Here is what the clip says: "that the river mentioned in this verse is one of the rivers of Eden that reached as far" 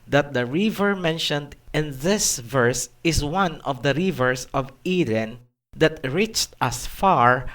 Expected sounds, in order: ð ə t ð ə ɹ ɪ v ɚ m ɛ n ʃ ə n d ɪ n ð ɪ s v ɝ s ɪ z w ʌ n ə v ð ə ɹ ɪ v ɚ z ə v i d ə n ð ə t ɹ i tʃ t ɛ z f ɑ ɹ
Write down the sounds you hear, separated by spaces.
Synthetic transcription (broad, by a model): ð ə t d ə ɹ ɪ v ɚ m ɛ n ʃ ə n d ɪ n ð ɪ s v ɝ s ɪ s w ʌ n ə v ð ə ɹ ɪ v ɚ s ə v i d ə n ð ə t ɹ i tʃ t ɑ s f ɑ ɹ